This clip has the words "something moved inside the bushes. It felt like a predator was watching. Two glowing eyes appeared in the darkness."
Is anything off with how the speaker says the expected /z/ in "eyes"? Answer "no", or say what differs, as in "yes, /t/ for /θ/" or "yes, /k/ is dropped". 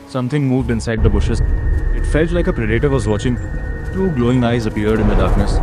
no